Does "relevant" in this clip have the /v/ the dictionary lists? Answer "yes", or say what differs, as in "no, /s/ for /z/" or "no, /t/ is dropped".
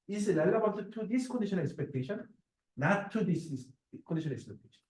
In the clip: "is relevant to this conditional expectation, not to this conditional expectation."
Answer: no, /b/ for /v/